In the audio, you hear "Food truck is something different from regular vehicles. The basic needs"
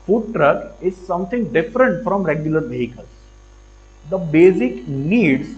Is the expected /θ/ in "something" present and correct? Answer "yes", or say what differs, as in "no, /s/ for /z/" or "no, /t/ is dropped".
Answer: no, /t/ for /θ/